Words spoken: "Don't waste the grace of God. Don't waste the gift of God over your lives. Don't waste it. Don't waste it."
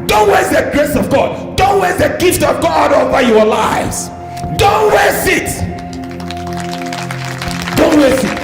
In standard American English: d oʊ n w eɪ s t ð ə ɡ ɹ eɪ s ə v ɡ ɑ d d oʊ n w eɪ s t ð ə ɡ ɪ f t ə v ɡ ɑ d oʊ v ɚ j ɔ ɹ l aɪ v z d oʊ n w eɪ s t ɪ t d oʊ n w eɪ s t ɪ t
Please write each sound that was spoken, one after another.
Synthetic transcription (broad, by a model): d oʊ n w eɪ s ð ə ɡ ɹ eɪ s ə v ɡ ɑ d d oʊ n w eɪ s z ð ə ɡ ɪ f t ə v ɡ ɑ d oʊ v ɚ j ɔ l aɪ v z d oʊ n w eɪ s ɪ t d oʊ n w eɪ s ɪ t